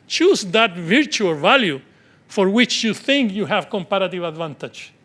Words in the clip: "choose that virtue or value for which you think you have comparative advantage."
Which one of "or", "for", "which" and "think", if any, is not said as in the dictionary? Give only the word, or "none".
or